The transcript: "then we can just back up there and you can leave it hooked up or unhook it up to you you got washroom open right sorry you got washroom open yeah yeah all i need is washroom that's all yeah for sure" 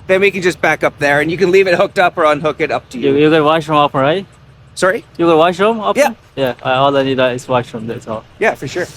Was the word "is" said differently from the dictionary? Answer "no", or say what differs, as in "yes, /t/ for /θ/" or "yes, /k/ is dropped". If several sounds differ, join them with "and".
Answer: yes, /s/ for /z/